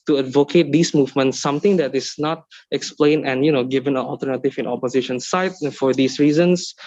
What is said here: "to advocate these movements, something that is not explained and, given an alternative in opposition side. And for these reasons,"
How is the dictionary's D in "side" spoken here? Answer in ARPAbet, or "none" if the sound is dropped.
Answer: none